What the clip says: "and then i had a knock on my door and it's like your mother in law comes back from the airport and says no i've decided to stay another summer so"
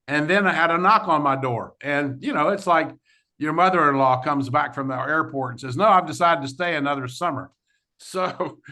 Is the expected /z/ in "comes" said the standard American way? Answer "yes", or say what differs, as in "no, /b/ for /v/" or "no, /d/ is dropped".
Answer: yes